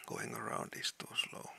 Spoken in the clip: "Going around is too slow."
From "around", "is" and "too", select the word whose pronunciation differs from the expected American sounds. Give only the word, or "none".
is